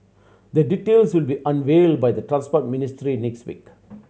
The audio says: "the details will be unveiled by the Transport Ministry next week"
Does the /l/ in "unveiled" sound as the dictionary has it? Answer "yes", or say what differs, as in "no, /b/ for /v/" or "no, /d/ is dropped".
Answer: yes